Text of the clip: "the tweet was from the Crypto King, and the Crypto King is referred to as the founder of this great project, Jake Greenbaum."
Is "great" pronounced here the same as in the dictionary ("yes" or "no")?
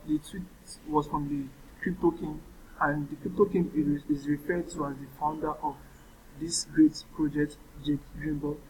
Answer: yes